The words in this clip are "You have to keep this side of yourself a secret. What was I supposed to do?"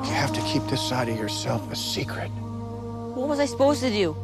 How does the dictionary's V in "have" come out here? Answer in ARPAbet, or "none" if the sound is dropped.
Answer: F